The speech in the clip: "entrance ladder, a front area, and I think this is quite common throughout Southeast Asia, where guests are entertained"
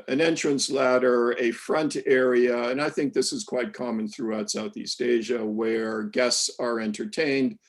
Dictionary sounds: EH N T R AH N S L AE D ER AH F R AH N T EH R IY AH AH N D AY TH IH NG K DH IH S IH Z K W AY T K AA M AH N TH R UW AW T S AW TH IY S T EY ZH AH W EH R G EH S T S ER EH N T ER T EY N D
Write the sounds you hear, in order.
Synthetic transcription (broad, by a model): EH N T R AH N S L AE D ER AH F R AH N T EH R IY AH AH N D AY TH IH NG K DH IH S IH Z K W AY T K AA M AH N TH R UW AW T S AW TH IY S T EY ZH AH W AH R G EH S T S ER EH N T ER T EY N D